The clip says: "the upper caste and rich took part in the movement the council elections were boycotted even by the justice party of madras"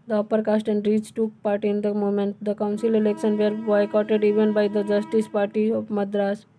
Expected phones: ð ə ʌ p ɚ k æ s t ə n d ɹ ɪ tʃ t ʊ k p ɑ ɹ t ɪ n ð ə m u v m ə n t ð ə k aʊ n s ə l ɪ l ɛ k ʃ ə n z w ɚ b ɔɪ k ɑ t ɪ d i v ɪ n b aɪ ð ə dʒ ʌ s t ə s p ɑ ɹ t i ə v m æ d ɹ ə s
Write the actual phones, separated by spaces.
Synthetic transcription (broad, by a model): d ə ʌ p ɚ k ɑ s t ə n d ɹ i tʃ t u k p ɑ ɹ t ɪ n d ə m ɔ m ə n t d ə k aʊ n s ə l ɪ l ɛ k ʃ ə n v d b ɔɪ k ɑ t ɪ d i v ɪ n b aɪ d ə dʒ ʌ s t ə s p ɑ ɹ t i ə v m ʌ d ɹ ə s